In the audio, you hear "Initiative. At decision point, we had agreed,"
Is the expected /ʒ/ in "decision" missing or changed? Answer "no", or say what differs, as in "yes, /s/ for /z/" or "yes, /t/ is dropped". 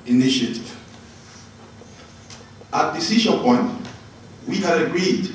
yes, /ʃ/ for /ʒ/